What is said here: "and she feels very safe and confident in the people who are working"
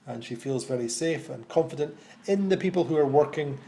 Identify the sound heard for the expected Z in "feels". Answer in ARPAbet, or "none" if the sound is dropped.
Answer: Z